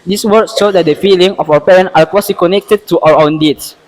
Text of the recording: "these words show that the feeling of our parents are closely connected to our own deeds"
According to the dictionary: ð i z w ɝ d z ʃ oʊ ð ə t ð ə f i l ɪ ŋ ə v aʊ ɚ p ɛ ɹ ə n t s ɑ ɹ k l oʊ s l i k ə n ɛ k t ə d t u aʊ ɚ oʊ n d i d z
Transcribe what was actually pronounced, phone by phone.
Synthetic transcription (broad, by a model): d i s w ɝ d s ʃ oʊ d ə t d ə f i l ɪ ŋ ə f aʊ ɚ p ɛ ɹ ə n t ɑ l k w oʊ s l i k ə n ɛ k t ə d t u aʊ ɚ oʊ n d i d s